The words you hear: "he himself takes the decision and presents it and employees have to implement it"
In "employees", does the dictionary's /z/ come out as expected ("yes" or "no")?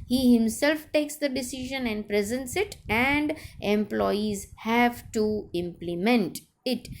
yes